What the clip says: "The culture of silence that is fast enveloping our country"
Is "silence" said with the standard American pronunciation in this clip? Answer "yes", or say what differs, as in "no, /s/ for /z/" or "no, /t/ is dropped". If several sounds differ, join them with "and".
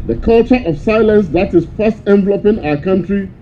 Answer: yes